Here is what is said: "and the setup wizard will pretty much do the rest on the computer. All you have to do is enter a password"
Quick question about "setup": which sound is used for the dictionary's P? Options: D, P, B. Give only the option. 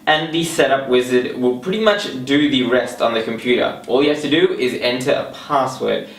P